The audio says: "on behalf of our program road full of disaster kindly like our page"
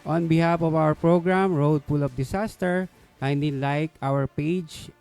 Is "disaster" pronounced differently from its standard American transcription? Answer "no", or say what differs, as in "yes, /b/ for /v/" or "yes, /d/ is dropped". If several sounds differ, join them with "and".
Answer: yes, /s/ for /z/